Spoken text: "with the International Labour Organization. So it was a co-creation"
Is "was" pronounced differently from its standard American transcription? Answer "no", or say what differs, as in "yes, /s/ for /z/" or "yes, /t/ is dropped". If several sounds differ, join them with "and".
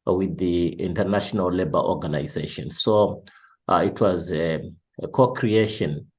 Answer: no